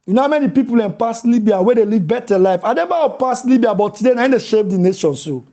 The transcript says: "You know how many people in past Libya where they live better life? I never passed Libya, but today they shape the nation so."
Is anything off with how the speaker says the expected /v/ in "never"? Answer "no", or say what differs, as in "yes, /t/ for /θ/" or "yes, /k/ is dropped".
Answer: yes, /b/ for /v/